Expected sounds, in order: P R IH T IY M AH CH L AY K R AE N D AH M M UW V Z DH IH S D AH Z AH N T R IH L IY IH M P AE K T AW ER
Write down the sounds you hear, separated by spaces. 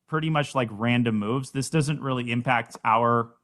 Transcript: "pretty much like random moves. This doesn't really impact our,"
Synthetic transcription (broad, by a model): P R IH T IY M AH CH L AY K R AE N D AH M M UW V Z DH IH S D AH Z AH N T R IH L IY IH M P AE K T AW ER